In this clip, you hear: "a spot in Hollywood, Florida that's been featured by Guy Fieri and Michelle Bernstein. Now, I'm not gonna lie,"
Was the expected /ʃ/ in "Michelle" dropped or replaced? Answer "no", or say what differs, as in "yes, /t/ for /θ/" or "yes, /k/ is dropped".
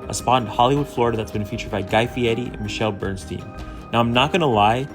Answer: no